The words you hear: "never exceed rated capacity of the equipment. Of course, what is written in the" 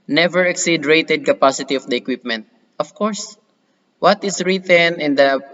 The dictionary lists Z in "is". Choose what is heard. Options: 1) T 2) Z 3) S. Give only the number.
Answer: 3